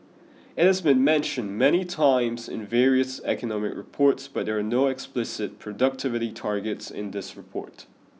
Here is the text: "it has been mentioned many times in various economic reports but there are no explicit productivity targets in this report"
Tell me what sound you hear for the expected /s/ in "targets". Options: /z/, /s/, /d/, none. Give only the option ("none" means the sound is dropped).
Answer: /s/